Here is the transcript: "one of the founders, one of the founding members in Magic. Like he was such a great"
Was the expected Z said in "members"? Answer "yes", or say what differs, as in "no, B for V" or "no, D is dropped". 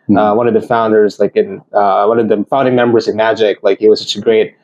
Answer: yes